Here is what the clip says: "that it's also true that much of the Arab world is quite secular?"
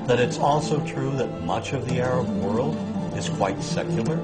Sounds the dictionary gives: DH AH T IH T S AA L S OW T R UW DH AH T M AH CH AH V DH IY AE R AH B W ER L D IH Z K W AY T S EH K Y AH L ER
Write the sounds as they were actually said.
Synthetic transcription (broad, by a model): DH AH T IH T S AA L S OW T R UW DH AH T M AH CH AH V DH IY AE R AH B W ER L D IH Z K W AY T S EH K Y L ER